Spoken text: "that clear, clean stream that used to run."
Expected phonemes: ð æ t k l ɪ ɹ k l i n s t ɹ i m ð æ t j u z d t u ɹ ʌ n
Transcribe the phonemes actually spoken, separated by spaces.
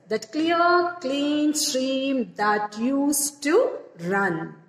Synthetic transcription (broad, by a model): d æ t k l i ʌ k l i n s t ɹ i m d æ t j u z t u ɹ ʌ n